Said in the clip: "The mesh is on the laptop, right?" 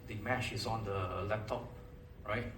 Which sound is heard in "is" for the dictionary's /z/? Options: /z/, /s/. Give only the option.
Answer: /s/